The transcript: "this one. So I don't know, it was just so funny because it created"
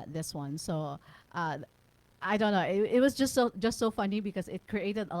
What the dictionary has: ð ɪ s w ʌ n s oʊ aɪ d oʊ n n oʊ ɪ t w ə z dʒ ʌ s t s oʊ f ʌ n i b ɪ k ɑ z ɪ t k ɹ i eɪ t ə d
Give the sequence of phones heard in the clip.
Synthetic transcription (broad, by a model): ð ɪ s w ʌ n s oʊ aɪ d oʊ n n oʊ ɪ t w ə s dʒ ʌ s t s oʊ f ʌ n i b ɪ k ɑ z ɪ t k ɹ i eɪ t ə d